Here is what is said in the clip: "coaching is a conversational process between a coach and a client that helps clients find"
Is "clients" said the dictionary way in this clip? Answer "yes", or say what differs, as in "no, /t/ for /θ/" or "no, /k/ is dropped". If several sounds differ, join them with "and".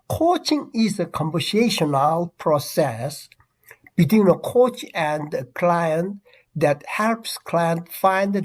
no, /s/ is dropped